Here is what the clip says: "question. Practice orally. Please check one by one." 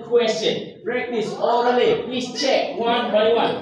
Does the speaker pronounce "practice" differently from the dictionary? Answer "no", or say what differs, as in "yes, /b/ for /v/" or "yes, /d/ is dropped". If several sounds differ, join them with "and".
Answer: yes, /b/ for /p/